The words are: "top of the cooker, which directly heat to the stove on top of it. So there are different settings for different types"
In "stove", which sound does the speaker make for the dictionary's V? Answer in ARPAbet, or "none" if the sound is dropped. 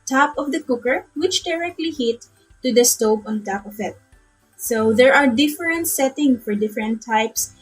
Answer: P